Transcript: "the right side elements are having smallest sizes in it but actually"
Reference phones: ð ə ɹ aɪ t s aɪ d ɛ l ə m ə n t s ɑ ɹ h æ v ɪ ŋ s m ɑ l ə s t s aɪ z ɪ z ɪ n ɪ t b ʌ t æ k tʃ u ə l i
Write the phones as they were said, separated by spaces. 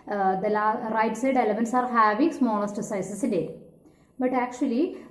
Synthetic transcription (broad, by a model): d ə ɹ aɪ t s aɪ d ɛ l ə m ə n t s ɑ ɹ h æ v ɪ ŋ s m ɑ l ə s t s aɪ s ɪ s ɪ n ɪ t b ʌ t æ k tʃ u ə l i